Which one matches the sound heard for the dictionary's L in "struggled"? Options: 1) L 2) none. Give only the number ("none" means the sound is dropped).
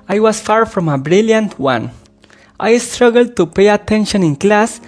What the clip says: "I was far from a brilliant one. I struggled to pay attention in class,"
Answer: 1